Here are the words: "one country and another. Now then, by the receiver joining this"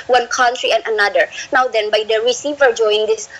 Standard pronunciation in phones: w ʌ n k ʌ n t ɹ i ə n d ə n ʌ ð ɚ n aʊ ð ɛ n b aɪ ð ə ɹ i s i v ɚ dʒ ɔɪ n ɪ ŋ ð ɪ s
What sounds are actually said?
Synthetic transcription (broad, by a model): w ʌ n k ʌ n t ɹ i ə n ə n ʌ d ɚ n aʊ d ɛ n b aɪ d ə ɹ i s i v ɚ dʒ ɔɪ ɪ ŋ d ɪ s